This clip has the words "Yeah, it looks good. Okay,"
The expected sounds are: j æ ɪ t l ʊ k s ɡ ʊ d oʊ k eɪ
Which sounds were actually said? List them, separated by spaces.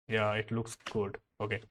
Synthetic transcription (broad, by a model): j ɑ ɪ t l ʊ k s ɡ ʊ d oʊ k eɪ